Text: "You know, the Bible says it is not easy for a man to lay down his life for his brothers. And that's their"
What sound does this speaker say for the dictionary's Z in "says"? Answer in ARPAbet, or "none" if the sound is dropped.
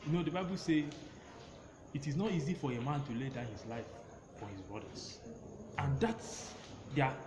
none